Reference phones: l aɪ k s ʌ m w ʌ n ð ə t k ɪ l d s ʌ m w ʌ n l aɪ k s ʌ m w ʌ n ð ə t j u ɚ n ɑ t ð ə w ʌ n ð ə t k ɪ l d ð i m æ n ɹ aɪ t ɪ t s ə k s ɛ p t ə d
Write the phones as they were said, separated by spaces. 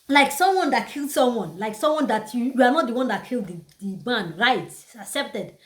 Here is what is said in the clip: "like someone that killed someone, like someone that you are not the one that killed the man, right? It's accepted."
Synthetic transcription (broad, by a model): l aɪ k s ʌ m w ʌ n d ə t k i l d s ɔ m w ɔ n l aɪ k s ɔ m w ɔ n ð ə t j u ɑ n ɑ t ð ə w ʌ n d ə t k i l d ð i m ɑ n ɹ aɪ ɪ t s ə k s ɛ p t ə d